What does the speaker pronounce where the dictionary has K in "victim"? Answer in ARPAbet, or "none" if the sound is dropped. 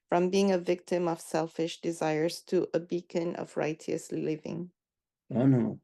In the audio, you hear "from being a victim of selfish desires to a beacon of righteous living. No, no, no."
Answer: K